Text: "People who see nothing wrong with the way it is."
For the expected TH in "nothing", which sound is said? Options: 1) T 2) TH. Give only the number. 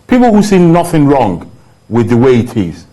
2